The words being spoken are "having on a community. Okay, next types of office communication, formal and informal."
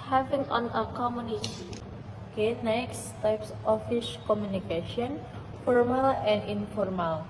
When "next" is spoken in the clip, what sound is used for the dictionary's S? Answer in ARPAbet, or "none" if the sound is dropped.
S